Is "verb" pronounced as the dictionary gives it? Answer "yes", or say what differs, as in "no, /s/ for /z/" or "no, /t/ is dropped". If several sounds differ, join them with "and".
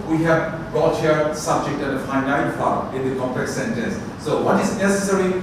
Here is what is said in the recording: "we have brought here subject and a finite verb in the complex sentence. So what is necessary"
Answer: no, /f/ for /v/ and /b/ is dropped